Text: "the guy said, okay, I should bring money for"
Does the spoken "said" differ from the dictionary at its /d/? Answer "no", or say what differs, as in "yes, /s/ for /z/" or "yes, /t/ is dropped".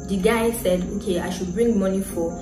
no